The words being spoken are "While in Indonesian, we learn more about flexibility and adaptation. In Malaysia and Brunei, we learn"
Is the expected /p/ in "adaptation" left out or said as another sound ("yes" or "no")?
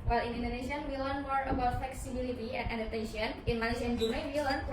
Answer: yes